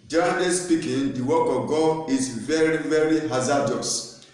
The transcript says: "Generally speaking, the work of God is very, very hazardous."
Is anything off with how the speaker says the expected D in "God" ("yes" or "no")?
yes